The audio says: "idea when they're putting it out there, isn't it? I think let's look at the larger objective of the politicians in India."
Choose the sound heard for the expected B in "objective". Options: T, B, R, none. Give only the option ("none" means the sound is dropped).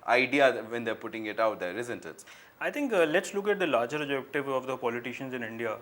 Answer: none